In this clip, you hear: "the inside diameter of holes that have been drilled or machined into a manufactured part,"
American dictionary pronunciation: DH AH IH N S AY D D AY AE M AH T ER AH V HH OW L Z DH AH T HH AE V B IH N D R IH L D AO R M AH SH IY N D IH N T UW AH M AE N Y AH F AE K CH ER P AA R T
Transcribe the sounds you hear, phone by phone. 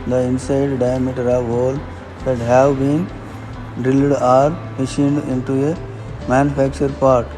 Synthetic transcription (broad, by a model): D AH IH N S AY D D AY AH M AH T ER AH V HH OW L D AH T HH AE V B IH N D IH L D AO R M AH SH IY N D IH N T UW AH M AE N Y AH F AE K CH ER P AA R T